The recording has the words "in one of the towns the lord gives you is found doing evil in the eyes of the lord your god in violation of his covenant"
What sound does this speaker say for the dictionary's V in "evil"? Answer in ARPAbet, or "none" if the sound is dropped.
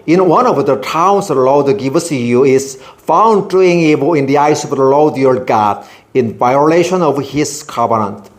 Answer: B